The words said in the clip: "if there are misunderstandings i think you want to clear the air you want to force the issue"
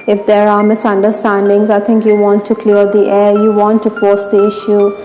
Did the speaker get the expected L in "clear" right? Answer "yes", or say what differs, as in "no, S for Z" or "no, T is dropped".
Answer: yes